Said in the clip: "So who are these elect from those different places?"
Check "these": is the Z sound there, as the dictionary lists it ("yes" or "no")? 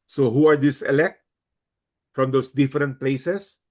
no